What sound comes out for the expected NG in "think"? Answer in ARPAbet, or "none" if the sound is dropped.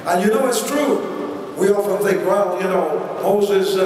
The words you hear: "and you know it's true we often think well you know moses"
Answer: NG